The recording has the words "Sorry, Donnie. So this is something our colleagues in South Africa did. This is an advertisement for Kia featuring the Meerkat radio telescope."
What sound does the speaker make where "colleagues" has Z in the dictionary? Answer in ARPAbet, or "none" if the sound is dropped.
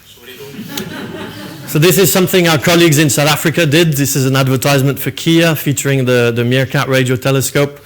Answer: Z